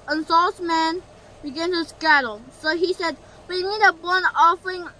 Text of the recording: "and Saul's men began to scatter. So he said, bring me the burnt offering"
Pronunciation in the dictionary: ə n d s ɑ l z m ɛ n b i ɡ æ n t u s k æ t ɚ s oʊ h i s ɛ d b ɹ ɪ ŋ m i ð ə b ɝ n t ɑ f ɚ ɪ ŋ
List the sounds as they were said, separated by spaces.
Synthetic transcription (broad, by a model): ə n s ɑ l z m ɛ n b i ɡ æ n t u s k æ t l s oʊ h i s ɛ d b ɪ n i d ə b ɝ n ɑ f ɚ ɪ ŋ